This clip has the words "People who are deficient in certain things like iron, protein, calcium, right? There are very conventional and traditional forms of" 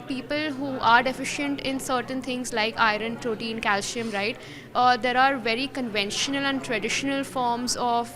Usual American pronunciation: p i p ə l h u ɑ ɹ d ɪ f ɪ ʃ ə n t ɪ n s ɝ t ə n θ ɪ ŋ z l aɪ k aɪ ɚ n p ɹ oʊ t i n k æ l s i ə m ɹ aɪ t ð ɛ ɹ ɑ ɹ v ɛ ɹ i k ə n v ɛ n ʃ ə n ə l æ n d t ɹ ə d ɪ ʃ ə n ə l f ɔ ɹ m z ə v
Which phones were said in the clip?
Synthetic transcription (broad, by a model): p i p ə l h u ɑ ɹ d ɪ f ɪ ʃ ə n t ɪ n s ɝ t ə n t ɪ ŋ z l aɪ k aɪ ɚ n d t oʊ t i n k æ l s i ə m ɹ aɪ t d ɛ ɹ ɑ ɹ v ɛ ɹ i k ə n v ɛ n ʃ ə n ə l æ n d t ɹ ə d ɪ ʃ ə n ə l f ɔ ɹ m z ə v